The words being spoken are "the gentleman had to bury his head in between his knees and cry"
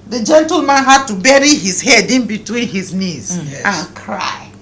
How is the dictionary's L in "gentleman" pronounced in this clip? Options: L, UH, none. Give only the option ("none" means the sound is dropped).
L